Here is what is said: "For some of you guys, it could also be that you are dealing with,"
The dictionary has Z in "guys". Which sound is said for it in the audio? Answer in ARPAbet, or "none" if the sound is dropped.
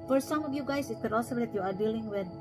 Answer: S